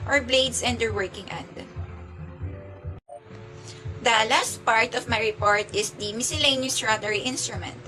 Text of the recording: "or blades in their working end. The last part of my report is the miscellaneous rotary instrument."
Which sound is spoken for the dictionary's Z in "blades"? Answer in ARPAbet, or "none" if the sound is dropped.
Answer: S